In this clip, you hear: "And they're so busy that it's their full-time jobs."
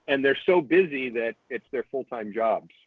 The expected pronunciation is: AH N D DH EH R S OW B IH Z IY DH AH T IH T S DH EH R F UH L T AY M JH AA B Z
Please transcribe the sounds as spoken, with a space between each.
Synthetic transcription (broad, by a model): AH N DH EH R S OW B IH Z IY DH AH T IH T S DH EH R F UH L T AY M JH AA B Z